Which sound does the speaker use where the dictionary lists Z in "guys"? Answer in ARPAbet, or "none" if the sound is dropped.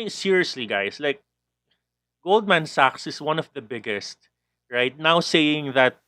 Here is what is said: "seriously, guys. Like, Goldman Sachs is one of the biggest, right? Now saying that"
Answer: S